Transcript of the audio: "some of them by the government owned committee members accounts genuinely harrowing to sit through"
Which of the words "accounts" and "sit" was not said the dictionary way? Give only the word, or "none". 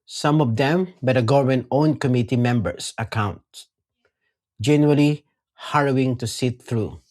accounts